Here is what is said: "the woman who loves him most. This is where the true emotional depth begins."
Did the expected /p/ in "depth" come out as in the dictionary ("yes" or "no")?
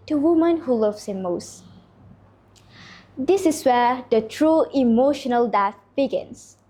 no